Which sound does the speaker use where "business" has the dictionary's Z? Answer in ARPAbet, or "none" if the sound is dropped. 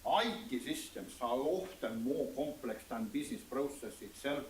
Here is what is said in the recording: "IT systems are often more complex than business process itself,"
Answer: S